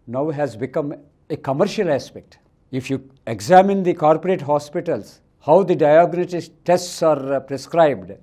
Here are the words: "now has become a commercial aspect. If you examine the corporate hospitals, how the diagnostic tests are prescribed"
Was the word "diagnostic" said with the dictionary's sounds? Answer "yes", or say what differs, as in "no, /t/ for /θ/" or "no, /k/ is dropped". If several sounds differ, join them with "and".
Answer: no, /s/ is dropped